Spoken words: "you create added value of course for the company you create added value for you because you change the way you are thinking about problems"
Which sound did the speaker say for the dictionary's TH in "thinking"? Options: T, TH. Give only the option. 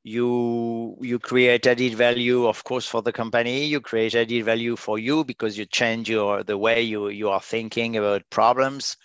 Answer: TH